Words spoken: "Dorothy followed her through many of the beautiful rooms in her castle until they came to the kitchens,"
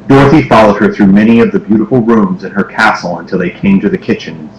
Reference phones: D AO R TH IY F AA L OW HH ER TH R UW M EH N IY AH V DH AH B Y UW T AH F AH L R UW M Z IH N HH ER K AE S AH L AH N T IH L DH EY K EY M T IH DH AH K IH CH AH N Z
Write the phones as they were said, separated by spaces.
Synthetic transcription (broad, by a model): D AO R TH IY F AA L OW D ER TH R UW M EH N IY AH V DH AH B Y UW T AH F L R UW M Z IH N ER K AE S L AH N T IH L DH EY K EY M T IH DH AH K IH CH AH N